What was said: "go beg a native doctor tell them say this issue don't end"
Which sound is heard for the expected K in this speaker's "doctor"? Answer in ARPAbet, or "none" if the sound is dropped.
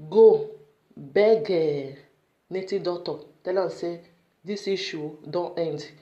none